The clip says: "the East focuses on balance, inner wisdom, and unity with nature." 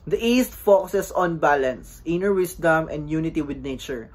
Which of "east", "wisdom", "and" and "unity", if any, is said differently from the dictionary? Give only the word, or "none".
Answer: wisdom